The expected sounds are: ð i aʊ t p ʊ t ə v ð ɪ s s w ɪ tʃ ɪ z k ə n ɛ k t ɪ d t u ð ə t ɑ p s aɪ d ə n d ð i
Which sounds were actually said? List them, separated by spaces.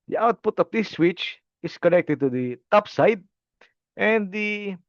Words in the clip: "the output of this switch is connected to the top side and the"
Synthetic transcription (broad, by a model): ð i aʊ t p ʊ t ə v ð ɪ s s w ɪ tʃ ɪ s k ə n ɛ k t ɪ d t u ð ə t ɑ p s aɪ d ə n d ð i